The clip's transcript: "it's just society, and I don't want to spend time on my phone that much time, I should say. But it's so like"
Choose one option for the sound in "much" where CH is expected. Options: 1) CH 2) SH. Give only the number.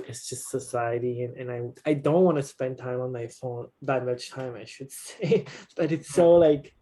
1